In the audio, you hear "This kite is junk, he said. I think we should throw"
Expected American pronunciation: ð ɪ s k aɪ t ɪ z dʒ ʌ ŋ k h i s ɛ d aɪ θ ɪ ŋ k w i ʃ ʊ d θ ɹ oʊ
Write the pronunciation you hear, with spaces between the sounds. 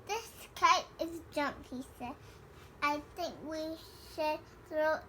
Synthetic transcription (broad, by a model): ð ɪ s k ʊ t ɪ z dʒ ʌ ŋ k h i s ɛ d aɪ θ ɪ ŋ k w i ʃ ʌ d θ ɹ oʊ